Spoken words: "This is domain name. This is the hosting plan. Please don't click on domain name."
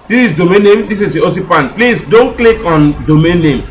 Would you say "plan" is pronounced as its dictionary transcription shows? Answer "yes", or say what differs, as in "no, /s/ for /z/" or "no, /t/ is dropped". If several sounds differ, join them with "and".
no, /l/ is dropped